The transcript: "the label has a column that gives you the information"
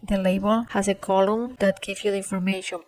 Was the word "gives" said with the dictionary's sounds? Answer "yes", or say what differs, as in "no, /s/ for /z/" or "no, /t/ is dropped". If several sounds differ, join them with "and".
no, /z/ is dropped